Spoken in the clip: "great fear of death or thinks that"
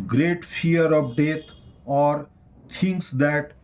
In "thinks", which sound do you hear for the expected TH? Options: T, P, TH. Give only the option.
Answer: T